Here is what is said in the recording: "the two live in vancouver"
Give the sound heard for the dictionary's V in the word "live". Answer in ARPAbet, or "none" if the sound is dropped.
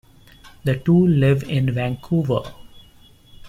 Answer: V